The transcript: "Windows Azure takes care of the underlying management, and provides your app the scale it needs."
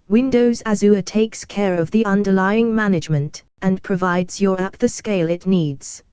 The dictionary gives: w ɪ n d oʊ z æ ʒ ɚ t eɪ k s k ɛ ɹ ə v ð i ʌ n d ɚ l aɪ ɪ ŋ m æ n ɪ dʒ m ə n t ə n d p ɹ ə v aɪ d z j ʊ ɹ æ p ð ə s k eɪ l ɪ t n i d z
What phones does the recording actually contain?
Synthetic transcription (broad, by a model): w ɪ n d oʊ z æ z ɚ t eɪ k s k ɛ ɹ ə v ð i ʌ n d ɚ l aɪ ɪ ŋ m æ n ɪ dʒ m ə n t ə n p ɹ ə v aɪ d z j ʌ ɹ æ p ð ə s k eɪ l ɪ t n i d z